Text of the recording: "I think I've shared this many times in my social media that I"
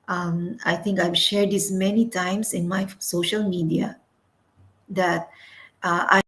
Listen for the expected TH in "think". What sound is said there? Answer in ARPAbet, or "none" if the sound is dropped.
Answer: T